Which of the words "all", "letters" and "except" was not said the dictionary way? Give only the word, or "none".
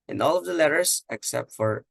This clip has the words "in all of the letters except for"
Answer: letters